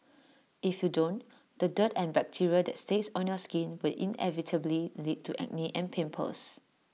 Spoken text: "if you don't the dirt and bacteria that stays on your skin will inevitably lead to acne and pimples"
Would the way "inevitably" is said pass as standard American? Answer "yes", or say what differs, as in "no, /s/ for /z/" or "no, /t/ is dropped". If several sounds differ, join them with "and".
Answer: yes